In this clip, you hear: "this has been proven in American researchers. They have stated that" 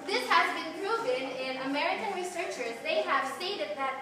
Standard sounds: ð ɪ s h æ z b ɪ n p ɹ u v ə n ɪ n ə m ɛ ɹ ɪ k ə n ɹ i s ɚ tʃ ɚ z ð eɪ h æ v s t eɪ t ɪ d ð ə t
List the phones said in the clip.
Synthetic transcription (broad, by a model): ð ɪ s h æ z b ɪ n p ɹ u v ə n ɪ n ə m ɛ ɹ ɪ k ə n ɹ i s ɚ tʃ ɚ z ð eɪ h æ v s t eɪ t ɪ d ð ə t